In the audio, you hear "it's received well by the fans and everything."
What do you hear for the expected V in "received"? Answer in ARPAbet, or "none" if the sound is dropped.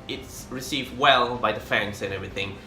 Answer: V